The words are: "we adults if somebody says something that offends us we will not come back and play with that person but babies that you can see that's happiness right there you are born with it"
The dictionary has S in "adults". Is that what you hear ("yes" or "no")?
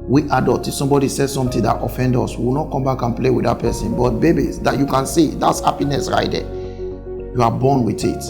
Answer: no